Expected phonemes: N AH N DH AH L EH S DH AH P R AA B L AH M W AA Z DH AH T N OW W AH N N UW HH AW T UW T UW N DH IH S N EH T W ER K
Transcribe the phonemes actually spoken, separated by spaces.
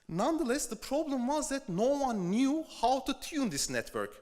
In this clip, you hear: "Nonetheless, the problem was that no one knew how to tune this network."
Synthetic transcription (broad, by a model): N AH N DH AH L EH S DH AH P R AA B L AH M W AA Z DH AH T N OW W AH N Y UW HH AW T UW T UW N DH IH S N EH T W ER K